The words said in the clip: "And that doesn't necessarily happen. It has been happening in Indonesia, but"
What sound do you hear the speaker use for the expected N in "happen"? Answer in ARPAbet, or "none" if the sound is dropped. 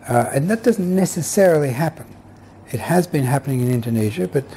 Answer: N